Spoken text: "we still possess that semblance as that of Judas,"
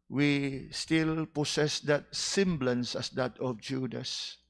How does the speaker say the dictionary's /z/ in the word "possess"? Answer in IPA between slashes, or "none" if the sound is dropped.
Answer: /s/